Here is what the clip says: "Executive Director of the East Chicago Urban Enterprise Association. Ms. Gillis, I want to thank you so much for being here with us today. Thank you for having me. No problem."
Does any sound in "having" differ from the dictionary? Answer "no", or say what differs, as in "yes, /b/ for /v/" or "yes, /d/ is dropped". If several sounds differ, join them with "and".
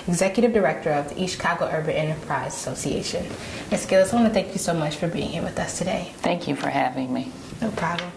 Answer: no